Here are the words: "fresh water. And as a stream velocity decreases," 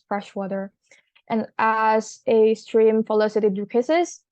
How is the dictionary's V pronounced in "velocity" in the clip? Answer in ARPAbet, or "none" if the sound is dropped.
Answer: F